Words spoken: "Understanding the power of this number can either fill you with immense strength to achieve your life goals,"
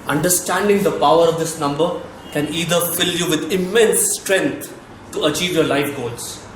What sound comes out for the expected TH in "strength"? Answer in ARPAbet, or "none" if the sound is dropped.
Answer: T